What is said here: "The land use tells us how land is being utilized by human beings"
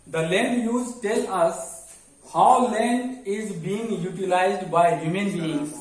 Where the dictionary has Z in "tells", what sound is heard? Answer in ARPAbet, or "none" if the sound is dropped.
none